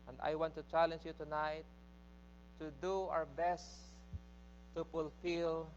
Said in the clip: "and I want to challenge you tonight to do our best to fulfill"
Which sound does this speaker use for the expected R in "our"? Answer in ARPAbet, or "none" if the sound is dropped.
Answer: W